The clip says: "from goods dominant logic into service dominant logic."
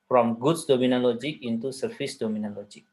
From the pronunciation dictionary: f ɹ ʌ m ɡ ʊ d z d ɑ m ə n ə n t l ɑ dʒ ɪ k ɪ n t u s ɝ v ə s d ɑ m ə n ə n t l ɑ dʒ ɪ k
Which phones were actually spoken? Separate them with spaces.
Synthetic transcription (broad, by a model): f ɹ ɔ m ɡ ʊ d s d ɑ m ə n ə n l ɑ dʒ ɪ k ɪ n t u s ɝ f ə s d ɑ m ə n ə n l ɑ dʒ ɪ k